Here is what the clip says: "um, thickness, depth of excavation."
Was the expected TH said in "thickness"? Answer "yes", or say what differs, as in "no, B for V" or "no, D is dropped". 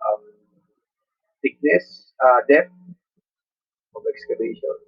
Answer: no, T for TH